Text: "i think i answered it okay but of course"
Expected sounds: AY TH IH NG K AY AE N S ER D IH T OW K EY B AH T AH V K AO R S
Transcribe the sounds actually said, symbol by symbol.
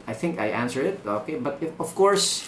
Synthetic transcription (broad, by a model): AY TH IH NG K AY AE N S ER IH T OW K EY B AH T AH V K AO R S